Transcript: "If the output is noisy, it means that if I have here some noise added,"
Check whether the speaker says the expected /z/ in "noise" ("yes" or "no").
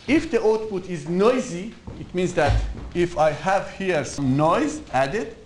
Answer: yes